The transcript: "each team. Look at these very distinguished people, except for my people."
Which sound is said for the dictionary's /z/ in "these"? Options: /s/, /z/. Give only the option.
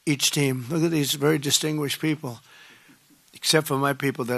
/z/